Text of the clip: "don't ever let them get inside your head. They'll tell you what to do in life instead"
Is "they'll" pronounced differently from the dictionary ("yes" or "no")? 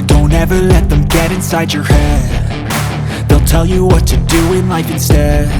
no